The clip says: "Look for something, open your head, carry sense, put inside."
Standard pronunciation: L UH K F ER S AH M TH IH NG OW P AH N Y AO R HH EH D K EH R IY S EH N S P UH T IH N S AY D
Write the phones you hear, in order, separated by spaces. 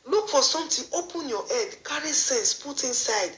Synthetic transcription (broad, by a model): L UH K F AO S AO M T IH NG OW P AH N Y AO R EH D K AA R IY S EH N S P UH T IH N S AY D